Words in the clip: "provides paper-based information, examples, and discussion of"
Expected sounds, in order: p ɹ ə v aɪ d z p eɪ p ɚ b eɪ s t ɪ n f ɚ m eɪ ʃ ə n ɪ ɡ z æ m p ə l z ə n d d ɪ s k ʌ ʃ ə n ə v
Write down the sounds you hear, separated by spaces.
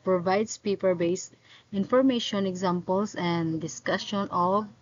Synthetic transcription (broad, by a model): p ɹ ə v aɪ d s p eɪ p ɚ b eɪ s t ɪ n f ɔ m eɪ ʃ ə n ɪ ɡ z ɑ m p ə l s ə n d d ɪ s k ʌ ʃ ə n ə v